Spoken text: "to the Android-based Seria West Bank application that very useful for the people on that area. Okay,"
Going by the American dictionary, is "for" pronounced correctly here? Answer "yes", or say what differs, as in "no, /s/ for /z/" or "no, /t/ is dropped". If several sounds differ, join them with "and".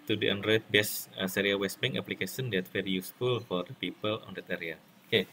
yes